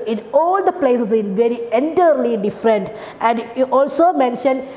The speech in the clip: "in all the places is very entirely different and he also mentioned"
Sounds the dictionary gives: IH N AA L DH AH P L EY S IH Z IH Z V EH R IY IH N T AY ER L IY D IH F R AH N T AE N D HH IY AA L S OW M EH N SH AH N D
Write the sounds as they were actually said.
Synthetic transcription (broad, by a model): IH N AA L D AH P L EY S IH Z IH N V EH R IY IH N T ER L IY D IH F R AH N T AE N D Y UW AA L S OW M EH N SH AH N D